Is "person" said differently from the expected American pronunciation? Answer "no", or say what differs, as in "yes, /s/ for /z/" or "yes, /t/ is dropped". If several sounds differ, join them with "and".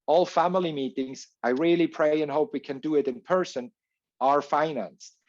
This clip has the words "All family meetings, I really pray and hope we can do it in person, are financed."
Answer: no